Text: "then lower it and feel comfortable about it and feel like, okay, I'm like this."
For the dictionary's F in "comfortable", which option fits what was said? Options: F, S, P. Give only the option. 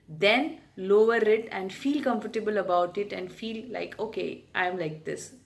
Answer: F